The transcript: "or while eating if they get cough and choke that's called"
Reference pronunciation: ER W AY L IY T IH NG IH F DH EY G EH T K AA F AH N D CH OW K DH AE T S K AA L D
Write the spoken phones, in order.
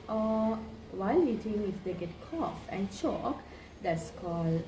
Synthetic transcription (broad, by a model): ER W AY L IY T IH NG IH F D EY G EH T K AA F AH N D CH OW K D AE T S K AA L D